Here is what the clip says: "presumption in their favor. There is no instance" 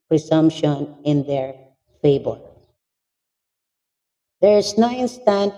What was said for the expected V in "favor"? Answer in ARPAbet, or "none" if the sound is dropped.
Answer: B